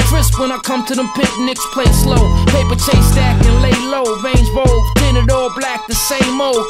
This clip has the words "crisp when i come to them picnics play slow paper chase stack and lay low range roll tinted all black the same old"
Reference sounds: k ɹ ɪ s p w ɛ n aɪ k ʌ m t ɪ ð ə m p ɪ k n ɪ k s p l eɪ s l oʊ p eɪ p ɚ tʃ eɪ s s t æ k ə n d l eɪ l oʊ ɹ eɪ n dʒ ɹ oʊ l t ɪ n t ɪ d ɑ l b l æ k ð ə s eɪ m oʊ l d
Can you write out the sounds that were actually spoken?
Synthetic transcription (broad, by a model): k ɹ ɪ s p w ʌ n aɪ k ʌ m t ɪ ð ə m p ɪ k n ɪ k s p l eɪ s l oʊ p eɪ p ɚ tʃ eɪ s s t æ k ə n l eɪ l oʊ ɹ eɪ n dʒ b oʊ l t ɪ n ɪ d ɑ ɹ b l æ k ð ə s eɪ m oʊ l